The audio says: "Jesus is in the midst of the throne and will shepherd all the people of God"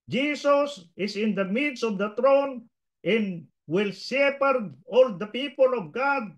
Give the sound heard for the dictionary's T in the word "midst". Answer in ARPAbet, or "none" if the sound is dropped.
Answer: none